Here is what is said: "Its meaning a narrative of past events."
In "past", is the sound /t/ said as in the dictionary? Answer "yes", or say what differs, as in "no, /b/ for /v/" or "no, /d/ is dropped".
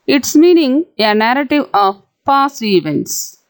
no, /t/ is dropped